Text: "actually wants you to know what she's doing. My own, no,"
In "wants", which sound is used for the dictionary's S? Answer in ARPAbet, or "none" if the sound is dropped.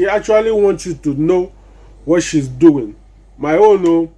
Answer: none